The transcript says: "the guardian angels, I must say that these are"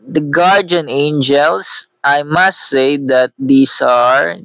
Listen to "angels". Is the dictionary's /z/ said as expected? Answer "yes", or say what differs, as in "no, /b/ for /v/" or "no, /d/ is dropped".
no, /s/ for /z/